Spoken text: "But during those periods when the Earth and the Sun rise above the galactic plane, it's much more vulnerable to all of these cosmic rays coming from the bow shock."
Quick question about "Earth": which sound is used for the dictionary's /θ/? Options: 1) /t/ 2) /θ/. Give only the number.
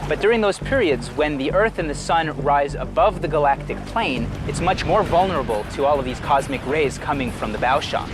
2